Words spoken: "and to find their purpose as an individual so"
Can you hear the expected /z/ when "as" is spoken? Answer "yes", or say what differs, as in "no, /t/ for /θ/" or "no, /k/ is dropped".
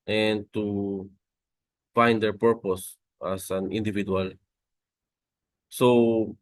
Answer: no, /s/ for /z/